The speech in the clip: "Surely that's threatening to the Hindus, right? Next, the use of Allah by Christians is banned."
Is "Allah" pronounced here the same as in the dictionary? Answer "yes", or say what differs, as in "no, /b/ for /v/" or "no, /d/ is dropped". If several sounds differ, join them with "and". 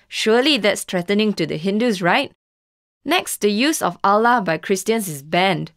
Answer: yes